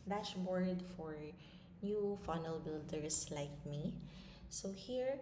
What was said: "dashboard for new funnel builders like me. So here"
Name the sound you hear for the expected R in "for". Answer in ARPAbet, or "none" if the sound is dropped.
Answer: R